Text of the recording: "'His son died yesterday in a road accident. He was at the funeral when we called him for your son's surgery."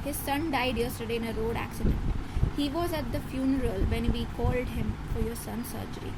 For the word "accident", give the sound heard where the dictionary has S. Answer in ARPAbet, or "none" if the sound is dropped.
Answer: S